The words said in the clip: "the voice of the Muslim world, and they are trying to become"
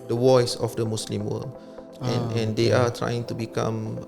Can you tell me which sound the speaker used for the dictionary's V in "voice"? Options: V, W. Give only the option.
W